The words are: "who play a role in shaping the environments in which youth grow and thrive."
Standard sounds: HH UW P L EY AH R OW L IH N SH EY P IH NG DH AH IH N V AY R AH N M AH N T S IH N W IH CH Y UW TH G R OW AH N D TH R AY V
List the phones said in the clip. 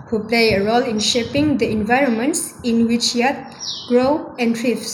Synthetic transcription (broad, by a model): HH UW P L EY AH R OW L IH N SH EY P IH NG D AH IH N V AY R AH N M AH N T S IH N W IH CH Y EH T G R OW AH N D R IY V